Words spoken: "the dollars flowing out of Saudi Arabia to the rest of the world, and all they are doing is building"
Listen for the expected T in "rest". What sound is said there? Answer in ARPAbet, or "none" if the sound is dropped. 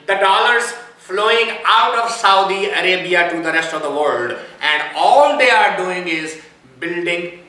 T